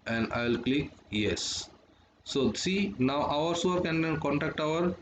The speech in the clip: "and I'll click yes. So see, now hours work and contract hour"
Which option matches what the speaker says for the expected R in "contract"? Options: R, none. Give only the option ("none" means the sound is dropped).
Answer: none